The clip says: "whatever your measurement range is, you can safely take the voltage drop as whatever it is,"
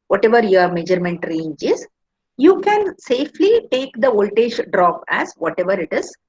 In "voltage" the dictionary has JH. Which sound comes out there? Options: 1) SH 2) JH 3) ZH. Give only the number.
1